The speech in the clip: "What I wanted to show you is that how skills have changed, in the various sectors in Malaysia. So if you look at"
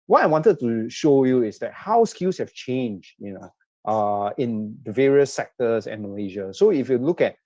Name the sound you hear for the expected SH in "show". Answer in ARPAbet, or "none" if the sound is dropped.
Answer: SH